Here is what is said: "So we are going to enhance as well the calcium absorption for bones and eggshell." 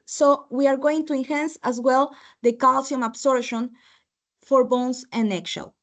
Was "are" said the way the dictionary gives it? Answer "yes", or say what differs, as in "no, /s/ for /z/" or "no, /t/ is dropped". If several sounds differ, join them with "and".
yes